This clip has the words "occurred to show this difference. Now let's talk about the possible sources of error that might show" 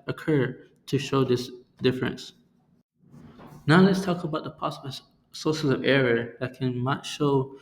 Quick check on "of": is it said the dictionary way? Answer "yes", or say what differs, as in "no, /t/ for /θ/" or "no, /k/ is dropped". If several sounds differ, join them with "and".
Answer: yes